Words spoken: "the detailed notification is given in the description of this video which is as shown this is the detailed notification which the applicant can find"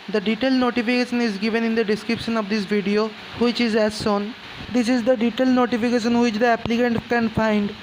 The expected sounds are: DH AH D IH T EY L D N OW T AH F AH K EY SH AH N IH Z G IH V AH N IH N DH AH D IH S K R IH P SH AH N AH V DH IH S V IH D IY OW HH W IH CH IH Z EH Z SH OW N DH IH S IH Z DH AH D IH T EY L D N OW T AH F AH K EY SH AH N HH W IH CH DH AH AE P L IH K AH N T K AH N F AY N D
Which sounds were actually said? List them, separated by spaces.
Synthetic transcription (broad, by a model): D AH D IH T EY L N OW T AH F AH K EY SH AH N IH Z G IH V AH N IH N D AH D IH S K R IH P SH AH N AH V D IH S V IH D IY OW HH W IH CH IH Z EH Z S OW N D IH S IH Z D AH D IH T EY L N OW T AH F AH K EY SH AH N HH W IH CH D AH AE P L IH K AH N T K AH N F AY N D